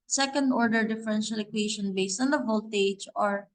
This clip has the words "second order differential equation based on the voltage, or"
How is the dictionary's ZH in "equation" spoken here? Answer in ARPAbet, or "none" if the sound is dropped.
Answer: SH